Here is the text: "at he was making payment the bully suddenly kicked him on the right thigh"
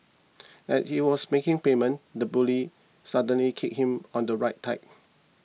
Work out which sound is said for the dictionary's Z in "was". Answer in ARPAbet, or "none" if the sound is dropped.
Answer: S